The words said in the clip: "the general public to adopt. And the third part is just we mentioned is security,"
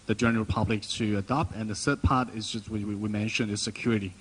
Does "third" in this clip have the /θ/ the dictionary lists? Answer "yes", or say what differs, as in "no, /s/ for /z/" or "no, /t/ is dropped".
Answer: no, /s/ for /θ/